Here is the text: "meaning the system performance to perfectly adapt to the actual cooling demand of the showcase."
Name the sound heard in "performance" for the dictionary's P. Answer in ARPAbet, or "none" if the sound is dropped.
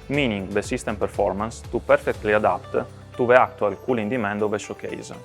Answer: P